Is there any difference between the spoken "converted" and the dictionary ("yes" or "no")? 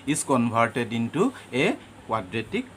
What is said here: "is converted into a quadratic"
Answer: yes